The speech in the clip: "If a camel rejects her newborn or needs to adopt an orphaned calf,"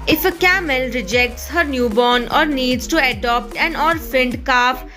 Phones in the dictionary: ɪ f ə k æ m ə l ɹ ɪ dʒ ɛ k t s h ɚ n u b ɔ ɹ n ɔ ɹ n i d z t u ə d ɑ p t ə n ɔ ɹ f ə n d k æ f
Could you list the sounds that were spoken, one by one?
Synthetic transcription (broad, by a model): ɪ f ə k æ m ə l ɹ ɪ dʒ ɛ k t s h ɚ n u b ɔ n ɔ ɹ n i d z t u ə d ɑ p t ə n ɔ ɹ f ə n d k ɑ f